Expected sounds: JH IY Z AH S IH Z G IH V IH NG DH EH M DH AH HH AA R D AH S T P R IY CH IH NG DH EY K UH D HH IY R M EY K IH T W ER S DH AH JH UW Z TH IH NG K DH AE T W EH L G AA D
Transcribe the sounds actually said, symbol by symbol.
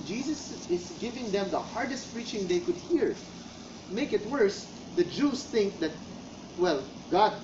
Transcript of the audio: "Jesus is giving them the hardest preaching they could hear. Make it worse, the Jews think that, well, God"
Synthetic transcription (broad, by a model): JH IY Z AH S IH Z G IH V IH NG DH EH M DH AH HH AA R D AH S T P R IY CH IH NG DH EY K UH D HH IY R M EY K IH T W ER S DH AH JH UW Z TH IH NG K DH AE T W EH L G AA D